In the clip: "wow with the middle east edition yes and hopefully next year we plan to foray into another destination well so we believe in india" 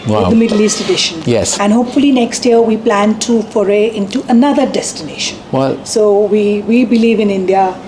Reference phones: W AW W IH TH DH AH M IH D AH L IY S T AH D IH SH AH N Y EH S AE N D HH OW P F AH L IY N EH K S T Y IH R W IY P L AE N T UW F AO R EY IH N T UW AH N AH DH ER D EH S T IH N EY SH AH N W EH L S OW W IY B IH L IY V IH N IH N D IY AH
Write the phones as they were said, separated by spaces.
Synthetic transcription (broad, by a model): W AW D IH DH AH M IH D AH L IY S T AH D IH SH AH N Y EH S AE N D HH OW P F AH L IY N EH K S T Y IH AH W IY P L AE N T UW F AO R EY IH N T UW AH N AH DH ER D EH S T IH N EY SH AH N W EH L S OW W IY B IH L IY V IH N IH N D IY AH